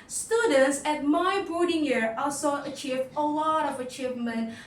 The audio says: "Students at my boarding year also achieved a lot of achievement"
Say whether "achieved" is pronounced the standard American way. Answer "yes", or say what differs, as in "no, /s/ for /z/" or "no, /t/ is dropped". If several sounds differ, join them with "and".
no, /d/ is dropped